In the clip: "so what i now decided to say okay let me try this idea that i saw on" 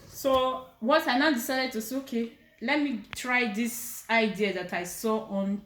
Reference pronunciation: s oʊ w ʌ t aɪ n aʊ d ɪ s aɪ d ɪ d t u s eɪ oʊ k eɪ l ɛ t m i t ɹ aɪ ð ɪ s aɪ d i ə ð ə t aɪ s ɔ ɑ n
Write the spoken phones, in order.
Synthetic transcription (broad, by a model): s oʊ w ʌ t aɪ n aʊ d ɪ s aɪ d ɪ d t u s eɪ oʊ k eɪ l ɛ t m i t ɹ aɪ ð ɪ s aɪ d i ə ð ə t aɪ s ɔ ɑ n